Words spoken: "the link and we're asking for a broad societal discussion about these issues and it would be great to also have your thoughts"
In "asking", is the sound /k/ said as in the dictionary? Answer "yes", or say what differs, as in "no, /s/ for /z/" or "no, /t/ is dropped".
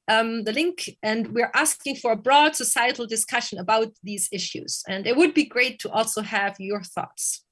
yes